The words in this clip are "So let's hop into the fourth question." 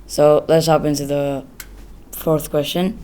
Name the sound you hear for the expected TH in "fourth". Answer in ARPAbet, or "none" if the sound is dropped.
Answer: TH